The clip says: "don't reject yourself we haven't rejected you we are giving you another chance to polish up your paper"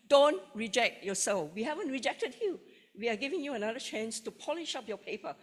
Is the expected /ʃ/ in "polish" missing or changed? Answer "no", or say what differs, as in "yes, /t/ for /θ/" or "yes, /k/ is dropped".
no